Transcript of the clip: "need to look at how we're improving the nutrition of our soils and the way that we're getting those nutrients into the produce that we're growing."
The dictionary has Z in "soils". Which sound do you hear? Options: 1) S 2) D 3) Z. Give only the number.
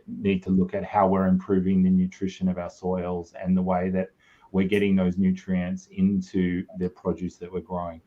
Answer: 3